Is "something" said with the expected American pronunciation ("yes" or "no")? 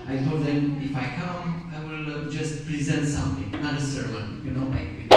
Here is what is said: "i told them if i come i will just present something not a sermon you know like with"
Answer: no